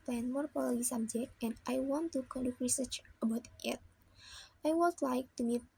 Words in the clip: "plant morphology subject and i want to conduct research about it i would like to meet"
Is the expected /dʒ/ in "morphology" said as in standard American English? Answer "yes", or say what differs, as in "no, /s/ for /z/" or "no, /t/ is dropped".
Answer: no, /dʒ/ is dropped